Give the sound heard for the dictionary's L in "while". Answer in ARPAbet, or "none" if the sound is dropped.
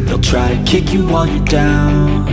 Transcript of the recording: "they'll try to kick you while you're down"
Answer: N